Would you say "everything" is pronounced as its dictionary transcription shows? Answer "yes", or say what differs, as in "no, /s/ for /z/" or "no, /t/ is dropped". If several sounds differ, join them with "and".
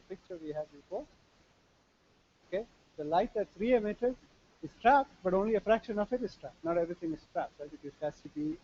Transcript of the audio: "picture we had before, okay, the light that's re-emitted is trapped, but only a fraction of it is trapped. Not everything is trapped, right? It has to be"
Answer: no, /t/ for /θ/